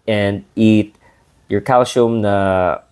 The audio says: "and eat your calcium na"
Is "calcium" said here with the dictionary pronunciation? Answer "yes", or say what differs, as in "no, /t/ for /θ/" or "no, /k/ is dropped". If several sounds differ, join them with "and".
no, /ʃ/ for /s/